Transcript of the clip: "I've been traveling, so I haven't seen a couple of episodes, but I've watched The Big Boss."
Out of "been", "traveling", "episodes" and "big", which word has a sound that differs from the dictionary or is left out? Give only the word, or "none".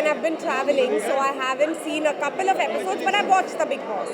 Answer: none